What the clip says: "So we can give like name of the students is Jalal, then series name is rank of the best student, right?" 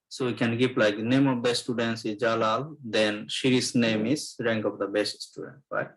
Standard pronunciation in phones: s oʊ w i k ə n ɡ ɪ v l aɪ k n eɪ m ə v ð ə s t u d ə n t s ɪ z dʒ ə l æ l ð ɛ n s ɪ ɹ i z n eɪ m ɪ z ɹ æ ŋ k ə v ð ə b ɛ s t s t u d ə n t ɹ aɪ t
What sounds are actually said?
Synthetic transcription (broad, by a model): s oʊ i k ə n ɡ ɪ p l aɪ k n eɪ m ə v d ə s t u d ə n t s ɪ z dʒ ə l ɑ l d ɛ n ʃ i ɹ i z n eɪ m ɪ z ɹ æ ŋ k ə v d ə b ɛ s t s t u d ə n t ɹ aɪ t